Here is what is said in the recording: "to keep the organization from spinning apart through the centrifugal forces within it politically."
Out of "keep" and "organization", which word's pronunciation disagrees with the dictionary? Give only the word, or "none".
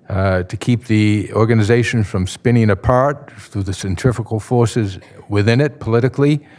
none